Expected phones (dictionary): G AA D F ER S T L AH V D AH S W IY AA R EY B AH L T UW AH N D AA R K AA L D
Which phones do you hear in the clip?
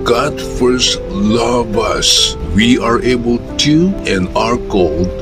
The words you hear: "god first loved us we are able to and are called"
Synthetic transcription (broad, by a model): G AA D F ER S T L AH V AH S W IY AA R EY B AH L T UW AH N AA R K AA L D